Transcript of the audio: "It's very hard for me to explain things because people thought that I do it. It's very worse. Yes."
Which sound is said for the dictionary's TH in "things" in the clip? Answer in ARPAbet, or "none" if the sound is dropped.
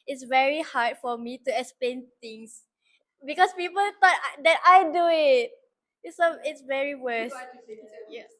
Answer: T